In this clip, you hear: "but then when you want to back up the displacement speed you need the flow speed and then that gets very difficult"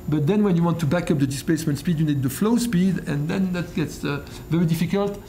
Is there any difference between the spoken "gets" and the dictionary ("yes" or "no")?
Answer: no